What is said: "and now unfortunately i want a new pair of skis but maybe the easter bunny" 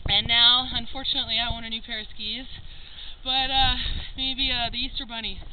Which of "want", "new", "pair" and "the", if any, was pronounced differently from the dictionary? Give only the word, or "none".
want